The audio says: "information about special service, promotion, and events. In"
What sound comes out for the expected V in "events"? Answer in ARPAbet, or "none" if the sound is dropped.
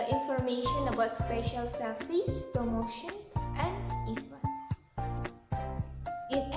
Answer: F